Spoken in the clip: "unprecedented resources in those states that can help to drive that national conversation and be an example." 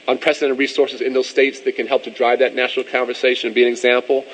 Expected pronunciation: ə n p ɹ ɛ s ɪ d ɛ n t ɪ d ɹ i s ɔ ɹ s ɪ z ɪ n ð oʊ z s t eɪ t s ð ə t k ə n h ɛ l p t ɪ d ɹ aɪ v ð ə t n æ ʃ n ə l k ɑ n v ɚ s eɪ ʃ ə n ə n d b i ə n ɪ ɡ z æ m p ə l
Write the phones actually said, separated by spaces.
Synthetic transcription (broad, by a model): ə n p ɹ ɛ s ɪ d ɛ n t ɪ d ɹ i s ɔ ɹ s ɪ z ɪ n ð oʊ z s t eɪ t s ð ə t k ə n h ɛ l p t ɪ d ɹ aɪ v ð ə t n æ ʃ n l k ɑ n v ɚ s eɪ ə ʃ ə n b i ə n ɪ ɡ z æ m p l